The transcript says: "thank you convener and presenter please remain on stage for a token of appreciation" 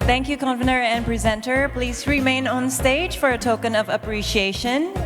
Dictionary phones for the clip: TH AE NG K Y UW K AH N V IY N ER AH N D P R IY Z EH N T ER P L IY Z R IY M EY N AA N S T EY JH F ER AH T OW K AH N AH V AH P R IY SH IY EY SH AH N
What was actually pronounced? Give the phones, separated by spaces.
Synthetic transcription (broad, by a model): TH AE NG K Y UW K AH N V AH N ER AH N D P R IY Z EH N T ER P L IY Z R IY M EY N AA N S T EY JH F ER AH T OW K AH N AH V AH P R IY SH IY EY SH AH N